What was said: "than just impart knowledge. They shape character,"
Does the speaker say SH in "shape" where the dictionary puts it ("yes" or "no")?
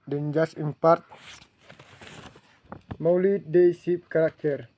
no